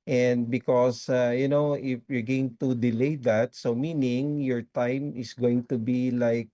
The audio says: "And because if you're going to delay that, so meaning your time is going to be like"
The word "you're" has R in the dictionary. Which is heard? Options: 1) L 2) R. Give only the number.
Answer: 2